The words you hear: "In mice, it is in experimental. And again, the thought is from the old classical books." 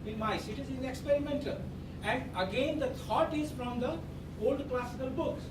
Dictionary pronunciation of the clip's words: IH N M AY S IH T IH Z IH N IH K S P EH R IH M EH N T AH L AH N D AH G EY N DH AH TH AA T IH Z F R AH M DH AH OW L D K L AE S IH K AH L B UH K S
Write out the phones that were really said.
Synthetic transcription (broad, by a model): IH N M AY S IH T IH Z IH N IH K S P EH R IH M EH N T AH L AH N D AH G EY N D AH T AA T IH Z F R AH M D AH OW L D K L AE S IH K AH L B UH K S